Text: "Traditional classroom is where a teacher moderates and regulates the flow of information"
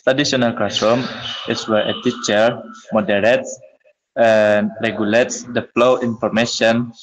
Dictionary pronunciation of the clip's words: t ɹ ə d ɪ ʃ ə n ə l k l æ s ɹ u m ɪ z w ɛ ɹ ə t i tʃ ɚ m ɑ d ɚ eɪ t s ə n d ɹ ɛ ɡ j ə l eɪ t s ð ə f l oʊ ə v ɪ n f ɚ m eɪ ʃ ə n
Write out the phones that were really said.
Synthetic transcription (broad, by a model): t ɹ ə d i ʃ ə n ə l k ɑ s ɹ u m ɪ s w ɛ ɹ ə t i tʃ ɚ m ɑ d ɚ eɪ t s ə n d ɹ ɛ ɡ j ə l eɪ t s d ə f l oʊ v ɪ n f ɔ m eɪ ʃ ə n